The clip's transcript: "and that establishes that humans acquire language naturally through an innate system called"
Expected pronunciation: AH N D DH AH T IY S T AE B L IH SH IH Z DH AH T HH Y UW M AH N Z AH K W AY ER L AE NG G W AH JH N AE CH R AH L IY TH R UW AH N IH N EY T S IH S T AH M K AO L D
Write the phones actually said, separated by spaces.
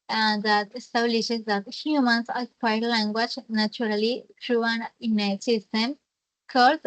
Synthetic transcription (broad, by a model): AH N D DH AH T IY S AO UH L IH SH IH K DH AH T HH Y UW M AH N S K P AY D L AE NG G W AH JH N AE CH R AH L IY T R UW AH N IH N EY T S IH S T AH M K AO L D